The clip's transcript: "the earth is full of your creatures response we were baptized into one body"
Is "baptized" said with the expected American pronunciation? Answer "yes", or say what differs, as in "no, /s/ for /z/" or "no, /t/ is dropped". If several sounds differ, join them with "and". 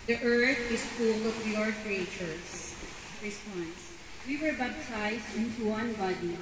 no, /b/ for /p/